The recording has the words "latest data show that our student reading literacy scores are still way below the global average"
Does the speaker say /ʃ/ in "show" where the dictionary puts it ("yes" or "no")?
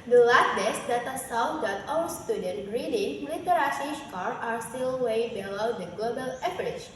no